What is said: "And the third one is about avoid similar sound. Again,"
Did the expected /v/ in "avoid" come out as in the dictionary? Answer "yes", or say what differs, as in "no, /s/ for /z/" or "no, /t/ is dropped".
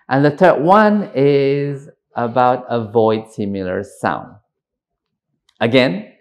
yes